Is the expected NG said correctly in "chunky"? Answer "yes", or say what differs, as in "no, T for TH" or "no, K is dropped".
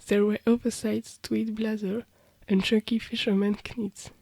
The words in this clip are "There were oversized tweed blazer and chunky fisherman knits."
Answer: no, NG is dropped